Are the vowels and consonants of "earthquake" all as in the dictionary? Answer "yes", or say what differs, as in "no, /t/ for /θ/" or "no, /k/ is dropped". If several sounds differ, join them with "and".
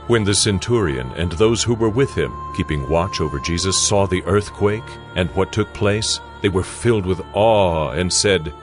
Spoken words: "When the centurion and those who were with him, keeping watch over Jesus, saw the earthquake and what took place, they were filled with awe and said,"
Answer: yes